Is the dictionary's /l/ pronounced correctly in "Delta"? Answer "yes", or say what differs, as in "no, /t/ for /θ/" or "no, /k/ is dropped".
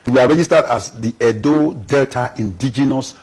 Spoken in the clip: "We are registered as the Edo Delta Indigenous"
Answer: yes